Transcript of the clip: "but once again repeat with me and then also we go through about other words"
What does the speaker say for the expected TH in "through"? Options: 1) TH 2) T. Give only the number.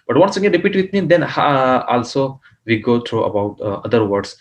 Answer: 2